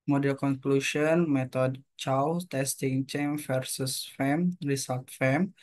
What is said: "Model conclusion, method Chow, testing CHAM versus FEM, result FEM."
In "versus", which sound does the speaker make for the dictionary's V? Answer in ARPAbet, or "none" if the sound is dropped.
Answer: F